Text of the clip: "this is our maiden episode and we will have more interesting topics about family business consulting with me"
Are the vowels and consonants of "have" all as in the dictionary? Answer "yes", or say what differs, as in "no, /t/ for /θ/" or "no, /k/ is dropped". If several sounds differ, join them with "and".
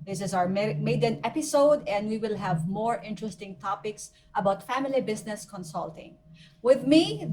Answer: yes